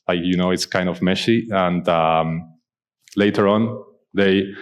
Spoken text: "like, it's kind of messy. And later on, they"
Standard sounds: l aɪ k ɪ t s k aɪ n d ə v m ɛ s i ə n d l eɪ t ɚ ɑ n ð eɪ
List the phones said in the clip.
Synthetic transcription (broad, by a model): l aɪ k ɪ t s k aɪ n d ə v m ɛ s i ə n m l eɪ t ɚ ɑ n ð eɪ